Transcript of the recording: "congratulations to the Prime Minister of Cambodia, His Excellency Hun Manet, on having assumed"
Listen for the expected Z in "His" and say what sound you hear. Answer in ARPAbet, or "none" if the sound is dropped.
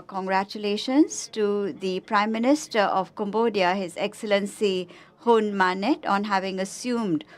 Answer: Z